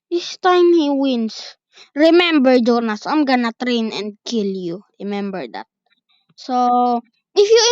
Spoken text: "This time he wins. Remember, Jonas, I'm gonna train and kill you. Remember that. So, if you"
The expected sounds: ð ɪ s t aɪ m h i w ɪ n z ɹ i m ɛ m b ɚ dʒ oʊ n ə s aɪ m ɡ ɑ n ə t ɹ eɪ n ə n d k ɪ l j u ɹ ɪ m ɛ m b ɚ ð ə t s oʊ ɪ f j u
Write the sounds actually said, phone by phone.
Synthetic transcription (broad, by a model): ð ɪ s t aɪ m h i w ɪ n s ɹ i m ɛ m b ɚ dʒ oʊ n ə s aɪ m ɡ ɑ n ə t ɹ eɪ n ə n d k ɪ l j u ɹ ɪ m ɛ m b ɚ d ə t s oʊ ɪ f j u